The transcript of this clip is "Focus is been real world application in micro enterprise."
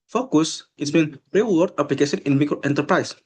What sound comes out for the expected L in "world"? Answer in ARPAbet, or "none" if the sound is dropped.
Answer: none